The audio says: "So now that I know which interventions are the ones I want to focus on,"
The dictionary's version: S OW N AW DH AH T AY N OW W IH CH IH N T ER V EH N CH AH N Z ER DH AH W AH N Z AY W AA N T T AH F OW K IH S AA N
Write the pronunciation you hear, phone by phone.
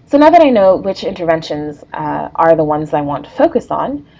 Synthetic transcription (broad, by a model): S OW N AW DH AH T AY N OW W IH CH IH N T ER V EH N SH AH N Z ER DH AH W AH N Z AY W AA N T T AH F OW K IH S N